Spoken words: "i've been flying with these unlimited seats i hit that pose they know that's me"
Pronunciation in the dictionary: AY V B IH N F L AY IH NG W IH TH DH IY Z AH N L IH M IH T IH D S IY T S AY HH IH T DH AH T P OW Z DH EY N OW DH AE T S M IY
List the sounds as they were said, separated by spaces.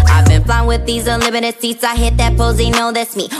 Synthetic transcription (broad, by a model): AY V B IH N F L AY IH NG W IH DH IY Z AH L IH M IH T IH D S IY T S AY HH IH T DH AH T P OW Z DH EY N OW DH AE T S M IY